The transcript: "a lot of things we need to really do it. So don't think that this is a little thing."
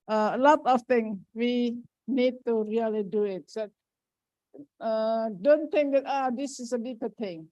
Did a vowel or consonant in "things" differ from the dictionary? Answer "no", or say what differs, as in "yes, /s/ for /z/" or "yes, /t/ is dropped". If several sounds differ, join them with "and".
yes, /z/ is dropped